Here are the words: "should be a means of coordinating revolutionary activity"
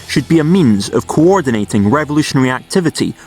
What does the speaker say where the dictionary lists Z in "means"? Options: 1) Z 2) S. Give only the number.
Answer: 1